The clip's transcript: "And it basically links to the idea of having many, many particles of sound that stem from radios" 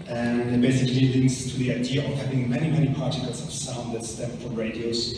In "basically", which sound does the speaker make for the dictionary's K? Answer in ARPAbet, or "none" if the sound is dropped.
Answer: K